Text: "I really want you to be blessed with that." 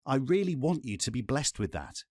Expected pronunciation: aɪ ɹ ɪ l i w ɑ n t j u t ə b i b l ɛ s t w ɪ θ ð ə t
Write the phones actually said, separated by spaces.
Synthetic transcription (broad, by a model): aɪ ɹ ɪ l i w ɑ n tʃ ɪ t ə b i b l ɛ s t w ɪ ð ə t